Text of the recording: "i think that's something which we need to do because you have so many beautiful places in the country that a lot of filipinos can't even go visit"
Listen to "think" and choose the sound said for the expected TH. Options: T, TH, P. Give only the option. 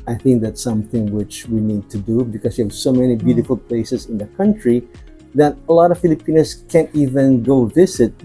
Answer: TH